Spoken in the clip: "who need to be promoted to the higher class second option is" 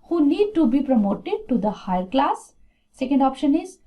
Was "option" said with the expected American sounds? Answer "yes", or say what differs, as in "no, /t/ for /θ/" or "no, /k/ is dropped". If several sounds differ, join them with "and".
yes